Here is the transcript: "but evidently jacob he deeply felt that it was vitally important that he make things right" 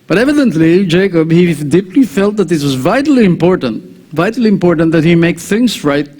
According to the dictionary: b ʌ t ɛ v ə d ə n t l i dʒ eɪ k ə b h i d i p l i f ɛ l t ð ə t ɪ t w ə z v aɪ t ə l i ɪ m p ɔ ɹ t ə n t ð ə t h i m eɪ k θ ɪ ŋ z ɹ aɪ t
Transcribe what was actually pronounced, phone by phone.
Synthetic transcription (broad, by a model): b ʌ t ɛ v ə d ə n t l i dʒ eɪ k ə b h i d i p l i f ɛ l t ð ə t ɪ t w ə z v aɪ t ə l i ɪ m p ɔ ɹ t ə n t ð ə t h i m eɪ k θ ɪ ŋ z ɹ aɪ t